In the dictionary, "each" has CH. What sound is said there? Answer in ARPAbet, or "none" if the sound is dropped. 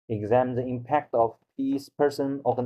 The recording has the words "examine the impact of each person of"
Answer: S